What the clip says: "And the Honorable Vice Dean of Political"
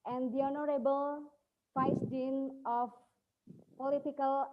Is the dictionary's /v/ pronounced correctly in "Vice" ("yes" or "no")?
no